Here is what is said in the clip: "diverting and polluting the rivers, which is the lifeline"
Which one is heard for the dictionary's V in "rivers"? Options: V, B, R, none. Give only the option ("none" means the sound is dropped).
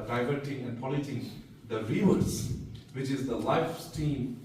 none